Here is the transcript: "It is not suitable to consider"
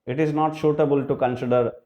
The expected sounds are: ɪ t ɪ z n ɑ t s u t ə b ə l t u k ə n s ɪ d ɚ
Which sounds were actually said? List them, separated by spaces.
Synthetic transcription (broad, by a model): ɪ t ɪ z n ɑ t ʃ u t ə b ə l t u k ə n s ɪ d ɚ